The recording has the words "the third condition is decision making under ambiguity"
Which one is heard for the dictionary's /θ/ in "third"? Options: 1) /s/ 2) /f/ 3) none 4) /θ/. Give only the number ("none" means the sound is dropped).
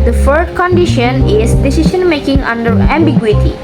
2